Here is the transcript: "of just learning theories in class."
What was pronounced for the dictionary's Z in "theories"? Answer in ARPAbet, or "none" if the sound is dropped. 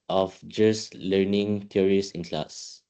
S